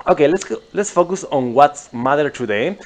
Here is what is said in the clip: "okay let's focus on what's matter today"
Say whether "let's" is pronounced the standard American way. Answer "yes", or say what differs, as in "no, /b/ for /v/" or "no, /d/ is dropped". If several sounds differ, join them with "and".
yes